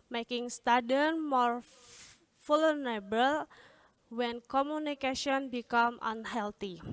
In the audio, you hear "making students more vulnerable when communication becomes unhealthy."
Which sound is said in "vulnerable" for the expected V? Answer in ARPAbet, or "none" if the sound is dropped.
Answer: F